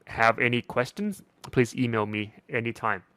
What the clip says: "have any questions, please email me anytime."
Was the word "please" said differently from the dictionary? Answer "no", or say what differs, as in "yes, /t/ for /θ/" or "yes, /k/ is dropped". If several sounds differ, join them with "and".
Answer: no